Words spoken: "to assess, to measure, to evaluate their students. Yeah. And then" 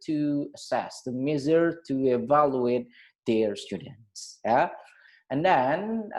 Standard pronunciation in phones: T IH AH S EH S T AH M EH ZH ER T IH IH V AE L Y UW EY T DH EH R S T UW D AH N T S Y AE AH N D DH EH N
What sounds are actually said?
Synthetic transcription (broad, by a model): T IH AH S EH S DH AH M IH Z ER T IH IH V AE L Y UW EY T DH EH R S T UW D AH N T S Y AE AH N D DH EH N